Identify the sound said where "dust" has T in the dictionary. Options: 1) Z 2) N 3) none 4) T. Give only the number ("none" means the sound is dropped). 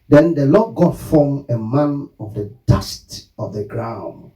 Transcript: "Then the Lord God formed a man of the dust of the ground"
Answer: 4